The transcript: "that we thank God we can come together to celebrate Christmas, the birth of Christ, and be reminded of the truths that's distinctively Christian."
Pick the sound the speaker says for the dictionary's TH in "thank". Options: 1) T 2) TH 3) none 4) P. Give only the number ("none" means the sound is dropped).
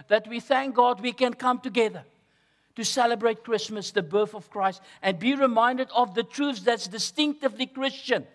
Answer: 2